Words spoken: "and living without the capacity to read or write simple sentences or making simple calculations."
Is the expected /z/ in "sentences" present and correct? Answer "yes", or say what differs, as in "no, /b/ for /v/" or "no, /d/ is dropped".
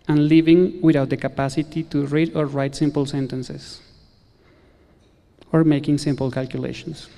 no, /s/ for /z/